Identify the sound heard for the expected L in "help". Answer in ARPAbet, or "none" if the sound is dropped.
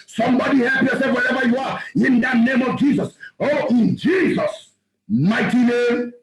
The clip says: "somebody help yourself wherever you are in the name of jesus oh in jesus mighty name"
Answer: none